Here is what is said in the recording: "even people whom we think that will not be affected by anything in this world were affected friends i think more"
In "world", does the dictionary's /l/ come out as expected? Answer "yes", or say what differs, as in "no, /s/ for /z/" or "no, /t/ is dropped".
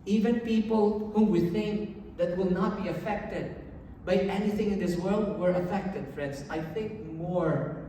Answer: yes